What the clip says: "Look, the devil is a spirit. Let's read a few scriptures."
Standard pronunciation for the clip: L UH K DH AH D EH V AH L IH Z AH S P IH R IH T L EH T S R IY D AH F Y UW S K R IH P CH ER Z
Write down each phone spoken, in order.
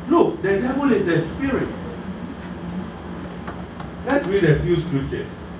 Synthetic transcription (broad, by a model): L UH K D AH D EH V AH L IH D AH S P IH R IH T L EH T S R IY D AH F Y UW S K R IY P CH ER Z